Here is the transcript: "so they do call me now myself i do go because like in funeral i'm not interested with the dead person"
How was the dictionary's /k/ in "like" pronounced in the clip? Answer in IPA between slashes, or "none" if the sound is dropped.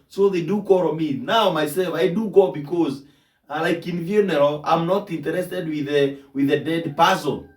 /k/